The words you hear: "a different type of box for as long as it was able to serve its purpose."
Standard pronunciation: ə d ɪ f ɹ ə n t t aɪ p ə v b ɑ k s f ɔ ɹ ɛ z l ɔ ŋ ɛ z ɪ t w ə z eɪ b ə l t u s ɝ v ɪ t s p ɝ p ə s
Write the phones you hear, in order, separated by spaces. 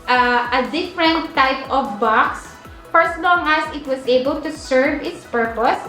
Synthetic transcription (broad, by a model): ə d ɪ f ɹ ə n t t aɪ p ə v b ɑ k s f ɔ ɹ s l ɔ ŋ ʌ s ɪ t w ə s eɪ b ə l t u s ɝ v ɪ t s p ɝ p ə s